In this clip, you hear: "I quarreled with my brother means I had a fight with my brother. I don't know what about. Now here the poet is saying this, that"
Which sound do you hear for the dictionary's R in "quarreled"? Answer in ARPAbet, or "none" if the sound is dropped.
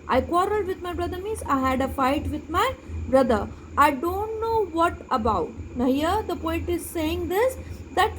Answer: R